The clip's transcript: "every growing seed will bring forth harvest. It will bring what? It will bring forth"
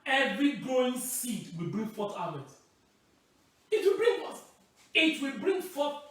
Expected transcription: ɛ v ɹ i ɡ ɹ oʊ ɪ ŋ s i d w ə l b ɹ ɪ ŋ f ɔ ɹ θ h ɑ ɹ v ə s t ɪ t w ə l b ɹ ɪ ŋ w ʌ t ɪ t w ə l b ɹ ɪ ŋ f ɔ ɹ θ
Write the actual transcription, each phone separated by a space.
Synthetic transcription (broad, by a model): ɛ v ɹ i ɡ ɹ oʊ ɪ ŋ s i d w ə l b ɹ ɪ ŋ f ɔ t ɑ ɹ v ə t ɪ t w ə l b ɹ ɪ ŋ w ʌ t ɪ t w ə l b ɹ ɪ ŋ f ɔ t